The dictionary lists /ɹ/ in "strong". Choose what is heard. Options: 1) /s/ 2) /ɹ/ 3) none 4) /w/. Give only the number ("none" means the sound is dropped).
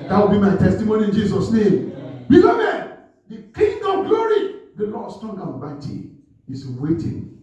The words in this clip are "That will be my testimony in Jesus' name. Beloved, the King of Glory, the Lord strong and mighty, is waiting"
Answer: 3